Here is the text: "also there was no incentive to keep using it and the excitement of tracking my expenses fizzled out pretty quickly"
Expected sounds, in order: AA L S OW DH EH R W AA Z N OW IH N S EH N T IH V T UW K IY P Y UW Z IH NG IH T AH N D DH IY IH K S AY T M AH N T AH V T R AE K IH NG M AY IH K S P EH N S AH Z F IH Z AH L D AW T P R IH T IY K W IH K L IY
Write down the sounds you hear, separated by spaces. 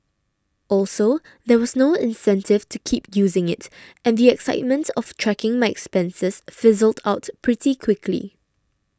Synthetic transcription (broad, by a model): AA L S OW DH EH W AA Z N OW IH N S EH N T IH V T UW K IY P Y UW Z IH NG IH T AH N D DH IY IH K S AY T M AH N T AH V T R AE K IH NG M AY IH K S P EH N S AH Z F IH Z AH L D AW T P R IH T IY K W IH K L IY